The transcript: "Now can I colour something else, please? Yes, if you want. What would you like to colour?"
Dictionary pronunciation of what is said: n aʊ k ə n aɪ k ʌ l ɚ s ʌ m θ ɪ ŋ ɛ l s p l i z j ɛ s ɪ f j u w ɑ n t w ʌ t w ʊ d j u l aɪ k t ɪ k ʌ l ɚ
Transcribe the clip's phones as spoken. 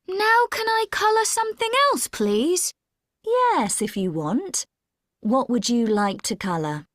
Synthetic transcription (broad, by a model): n aʊ k ə n aɪ k ʌ l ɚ s ʌ m θ ɪ ŋ ɛ l s p l i z j ɛ s ɪ f j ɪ w ɑ n t w ʌ t w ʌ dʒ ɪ l aɪ k t ɪ k ʌ l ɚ